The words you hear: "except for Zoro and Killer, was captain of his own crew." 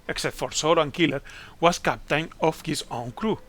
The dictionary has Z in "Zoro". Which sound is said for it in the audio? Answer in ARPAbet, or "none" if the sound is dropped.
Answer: S